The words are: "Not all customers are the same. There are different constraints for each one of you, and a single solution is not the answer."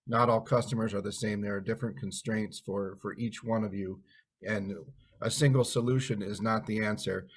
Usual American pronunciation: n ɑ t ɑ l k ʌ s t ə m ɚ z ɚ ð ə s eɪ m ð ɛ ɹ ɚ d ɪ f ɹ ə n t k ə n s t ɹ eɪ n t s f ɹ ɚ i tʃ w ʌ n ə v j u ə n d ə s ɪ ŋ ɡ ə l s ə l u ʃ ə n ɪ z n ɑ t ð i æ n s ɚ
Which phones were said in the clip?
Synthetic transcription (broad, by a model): n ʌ t ɑ l k ʌ s t ə m ɚ z ɚ ð ə s eɪ m ð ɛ ɹ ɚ d ɪ f ɹ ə n k n s t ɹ eɪ n t s f ɹ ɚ i tʃ w ʌ n ə v j u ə n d ə s ɪ ŋ ɡ l s ə l u ʃ ə n ɪ z n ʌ t ð i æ n s ɚ